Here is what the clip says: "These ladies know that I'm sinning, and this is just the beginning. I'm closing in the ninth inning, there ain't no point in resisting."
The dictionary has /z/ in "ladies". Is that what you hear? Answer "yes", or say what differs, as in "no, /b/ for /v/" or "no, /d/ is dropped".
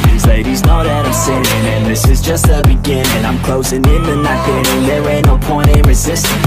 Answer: yes